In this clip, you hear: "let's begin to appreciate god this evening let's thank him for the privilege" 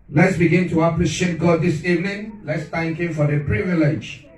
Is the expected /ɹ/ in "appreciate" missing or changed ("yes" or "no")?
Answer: yes